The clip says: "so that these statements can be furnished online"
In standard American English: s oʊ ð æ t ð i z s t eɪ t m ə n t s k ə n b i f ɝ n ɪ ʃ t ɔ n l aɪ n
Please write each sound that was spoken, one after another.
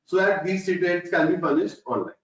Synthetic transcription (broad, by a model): s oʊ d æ t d i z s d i t ə l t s k ə n b i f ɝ n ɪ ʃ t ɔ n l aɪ